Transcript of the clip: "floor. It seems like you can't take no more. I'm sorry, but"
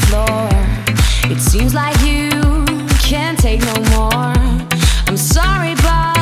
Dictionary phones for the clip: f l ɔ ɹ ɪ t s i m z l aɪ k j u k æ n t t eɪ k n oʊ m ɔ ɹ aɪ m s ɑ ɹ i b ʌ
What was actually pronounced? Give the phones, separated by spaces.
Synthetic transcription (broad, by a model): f l ɔ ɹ ɪ t s i m z l aɪ k j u k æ n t t eɪ k n oʊ m ɔ ɹ aɪ m s ɑ ɹ i b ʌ